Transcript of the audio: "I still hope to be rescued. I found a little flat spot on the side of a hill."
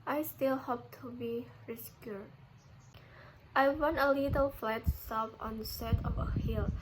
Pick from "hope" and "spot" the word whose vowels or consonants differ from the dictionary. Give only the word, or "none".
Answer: spot